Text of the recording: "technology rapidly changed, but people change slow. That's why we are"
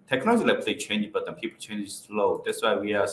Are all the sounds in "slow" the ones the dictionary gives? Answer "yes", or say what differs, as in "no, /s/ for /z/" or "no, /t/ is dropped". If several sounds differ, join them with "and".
yes